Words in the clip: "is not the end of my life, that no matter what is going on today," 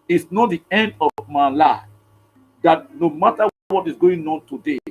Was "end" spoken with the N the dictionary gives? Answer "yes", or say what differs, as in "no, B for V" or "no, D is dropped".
yes